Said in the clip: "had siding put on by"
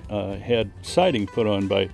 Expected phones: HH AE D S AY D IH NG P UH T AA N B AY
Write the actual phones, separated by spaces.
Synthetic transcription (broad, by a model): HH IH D S AY D IH NG F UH T N B AY